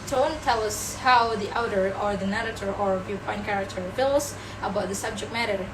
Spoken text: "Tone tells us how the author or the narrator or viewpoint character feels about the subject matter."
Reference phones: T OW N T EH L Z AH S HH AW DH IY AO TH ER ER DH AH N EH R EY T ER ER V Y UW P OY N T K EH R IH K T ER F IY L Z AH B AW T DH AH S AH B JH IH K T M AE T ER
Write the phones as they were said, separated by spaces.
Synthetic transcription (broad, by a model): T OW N T EH L AH S HH AW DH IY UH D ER ER DH AH N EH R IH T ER ER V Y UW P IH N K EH R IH K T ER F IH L S AH B AW T DH AH S AH B JH IH K T M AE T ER